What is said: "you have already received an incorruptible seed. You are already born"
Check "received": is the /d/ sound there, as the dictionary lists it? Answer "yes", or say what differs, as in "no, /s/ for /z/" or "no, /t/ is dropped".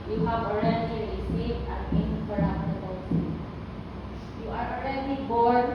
no, /d/ is dropped